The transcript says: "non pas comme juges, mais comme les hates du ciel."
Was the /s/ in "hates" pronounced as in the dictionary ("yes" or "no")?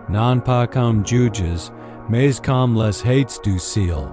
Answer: yes